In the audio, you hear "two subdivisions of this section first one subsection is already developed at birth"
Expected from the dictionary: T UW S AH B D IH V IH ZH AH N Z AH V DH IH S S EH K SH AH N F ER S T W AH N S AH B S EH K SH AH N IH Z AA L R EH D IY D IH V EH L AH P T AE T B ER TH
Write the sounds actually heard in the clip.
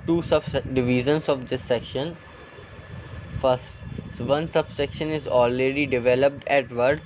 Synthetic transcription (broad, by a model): T UW S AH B D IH V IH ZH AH N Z AH V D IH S S EH K SH AH N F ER S T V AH N S AH B S EH K SH AH N IH Z AA L R EH D IY D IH V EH L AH P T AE T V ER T